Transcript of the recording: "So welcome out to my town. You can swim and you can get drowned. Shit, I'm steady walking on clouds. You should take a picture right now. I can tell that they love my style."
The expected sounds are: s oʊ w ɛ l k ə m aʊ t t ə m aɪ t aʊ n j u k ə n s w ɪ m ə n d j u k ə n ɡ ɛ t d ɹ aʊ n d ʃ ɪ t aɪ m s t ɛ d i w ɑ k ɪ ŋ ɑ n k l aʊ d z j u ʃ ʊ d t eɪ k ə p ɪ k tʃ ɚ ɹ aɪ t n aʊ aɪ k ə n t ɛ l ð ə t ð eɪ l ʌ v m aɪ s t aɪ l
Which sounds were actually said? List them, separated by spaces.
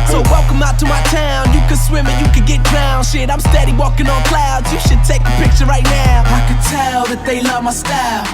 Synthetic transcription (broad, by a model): s oʊ w ɛ l k ə m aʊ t t ə m aɪ t aʊ n j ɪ k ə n s w ɪ m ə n j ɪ k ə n ɡ ɛ t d ɹ aʊ n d ʃ ɪ t aɪ m s t ɛ d i w ɑ k ɪ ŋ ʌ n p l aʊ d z j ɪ ʃ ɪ d t eɪ k ə p ɪ k tʃ ɚ ɹ aɪ t n aʊ aɪ k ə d t ɛ l ð ə t ð eɪ l ʌ v m aɪ s t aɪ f